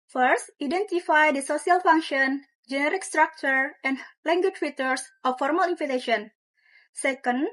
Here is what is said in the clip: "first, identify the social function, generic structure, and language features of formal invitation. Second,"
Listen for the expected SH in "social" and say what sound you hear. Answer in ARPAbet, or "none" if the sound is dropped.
S